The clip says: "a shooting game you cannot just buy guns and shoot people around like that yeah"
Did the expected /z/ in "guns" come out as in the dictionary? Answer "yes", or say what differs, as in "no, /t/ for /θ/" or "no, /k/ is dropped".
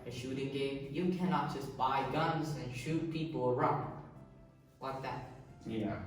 yes